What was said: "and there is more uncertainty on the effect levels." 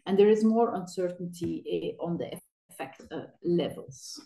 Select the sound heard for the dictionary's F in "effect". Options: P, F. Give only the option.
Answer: F